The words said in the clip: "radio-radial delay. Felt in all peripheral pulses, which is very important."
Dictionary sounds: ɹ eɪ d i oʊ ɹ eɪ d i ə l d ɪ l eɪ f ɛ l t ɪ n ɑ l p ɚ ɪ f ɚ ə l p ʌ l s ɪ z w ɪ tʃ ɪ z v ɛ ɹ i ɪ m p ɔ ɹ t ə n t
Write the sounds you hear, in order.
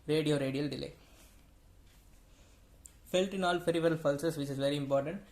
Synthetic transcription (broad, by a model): ɹ eɪ d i oʊ ɹ eɪ d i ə l d ɪ l eɪ f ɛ l t ɪ n ɑ l f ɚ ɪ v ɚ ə l f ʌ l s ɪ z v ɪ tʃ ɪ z v ɛ ɹ i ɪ m p ɔ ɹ t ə n t